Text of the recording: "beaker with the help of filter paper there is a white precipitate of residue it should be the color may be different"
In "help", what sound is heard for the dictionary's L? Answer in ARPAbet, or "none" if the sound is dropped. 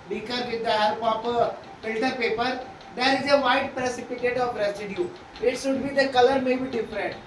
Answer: none